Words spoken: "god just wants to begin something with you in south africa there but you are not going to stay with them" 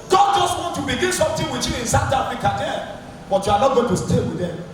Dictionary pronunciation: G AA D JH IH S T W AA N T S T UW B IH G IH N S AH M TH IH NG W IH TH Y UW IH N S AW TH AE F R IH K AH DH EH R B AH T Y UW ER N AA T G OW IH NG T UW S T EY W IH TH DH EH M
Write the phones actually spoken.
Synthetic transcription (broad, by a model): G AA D JH IH S T W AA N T T UW B IH G IH N S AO M T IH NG W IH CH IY IH N S AW T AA F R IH K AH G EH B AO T Y UW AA N AA T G OW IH T UW S T EY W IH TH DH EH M